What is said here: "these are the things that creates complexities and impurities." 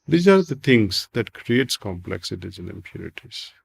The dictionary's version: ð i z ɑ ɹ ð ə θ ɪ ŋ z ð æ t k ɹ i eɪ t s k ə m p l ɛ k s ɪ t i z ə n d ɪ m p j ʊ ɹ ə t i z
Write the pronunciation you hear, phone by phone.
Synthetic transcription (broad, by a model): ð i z ɑ ɹ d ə t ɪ ŋ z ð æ t k ɹ i eɪ t s k ə m p l ɛ k s ɪ t i z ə n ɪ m p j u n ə t i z